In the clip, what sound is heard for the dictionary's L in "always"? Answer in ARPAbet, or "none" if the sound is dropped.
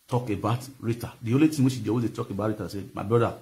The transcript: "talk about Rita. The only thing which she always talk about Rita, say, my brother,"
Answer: none